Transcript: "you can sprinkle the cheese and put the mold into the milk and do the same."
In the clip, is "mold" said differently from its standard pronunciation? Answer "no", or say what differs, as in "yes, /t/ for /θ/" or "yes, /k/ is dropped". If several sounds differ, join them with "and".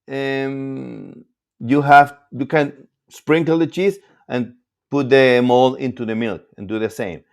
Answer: yes, /d/ is dropped